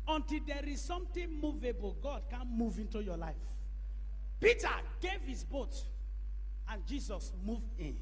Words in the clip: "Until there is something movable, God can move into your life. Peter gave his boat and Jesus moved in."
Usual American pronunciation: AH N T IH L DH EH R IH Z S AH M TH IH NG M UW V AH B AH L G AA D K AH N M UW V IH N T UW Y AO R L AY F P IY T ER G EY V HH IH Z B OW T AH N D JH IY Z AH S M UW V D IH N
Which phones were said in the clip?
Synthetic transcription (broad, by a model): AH N T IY L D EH R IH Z S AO M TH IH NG M UW V AH B AH L G AA D K AH N M UW V IH N T UW Y AO L AY F P IY T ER G EY V HH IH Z B OW T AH N JH IY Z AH S M UW V D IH N